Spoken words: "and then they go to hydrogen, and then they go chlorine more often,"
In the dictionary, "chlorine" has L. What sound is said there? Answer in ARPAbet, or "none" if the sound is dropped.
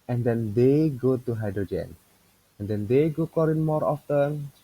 none